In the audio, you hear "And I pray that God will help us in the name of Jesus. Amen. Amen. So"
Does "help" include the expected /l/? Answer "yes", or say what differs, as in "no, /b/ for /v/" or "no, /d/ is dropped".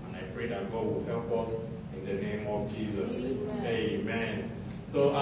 yes